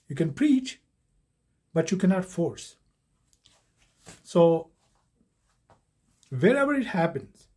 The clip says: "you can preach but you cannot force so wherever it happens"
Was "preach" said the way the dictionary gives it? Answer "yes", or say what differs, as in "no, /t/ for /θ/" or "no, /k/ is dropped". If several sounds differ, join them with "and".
yes